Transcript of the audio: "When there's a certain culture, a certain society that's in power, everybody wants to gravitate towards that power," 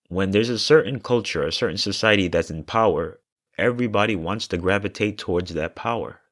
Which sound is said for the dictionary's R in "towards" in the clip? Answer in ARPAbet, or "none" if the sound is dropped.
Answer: R